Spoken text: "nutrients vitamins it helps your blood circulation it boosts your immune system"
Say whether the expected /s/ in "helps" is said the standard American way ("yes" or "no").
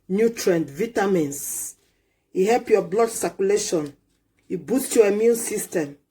no